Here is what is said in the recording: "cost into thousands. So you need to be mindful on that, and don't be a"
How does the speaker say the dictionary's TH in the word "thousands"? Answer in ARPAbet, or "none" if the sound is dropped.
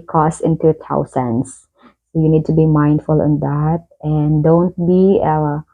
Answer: T